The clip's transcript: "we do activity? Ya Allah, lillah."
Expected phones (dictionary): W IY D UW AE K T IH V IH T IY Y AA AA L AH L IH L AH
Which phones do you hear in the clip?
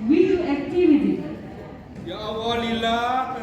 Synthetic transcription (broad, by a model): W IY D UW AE K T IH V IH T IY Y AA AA W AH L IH L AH